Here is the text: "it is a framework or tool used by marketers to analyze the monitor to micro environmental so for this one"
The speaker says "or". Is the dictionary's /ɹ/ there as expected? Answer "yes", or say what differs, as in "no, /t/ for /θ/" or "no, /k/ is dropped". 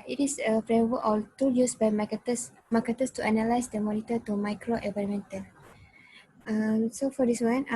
no, /l/ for /ɹ/